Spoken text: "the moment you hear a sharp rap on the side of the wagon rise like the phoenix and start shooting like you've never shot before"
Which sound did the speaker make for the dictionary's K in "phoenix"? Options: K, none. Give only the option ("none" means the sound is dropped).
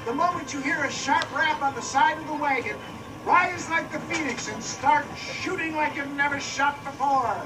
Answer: K